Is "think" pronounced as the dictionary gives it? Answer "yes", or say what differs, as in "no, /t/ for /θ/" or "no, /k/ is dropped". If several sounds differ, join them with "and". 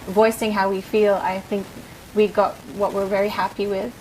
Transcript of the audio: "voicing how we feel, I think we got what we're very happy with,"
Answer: yes